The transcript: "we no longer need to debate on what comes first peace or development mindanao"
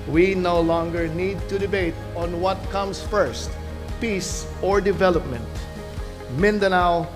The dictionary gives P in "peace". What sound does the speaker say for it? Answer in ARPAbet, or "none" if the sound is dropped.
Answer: P